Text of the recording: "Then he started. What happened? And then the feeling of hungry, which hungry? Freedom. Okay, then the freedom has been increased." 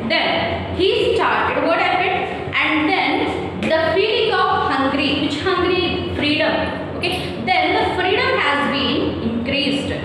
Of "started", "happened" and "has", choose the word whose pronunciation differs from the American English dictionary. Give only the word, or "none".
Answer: happened